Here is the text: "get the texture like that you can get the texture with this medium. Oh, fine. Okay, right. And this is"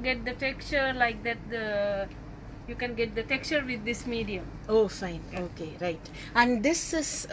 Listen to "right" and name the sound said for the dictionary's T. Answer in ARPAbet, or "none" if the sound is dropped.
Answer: T